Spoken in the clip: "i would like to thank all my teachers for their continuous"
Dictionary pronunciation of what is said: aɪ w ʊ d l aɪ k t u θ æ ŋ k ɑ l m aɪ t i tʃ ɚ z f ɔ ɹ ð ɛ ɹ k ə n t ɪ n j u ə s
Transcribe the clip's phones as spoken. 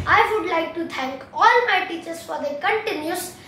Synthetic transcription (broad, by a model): aɪ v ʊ d l aɪ k t u t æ ŋ k ɑ l m aɪ t i tʃ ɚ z f ɔ ɹ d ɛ k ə n t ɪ n j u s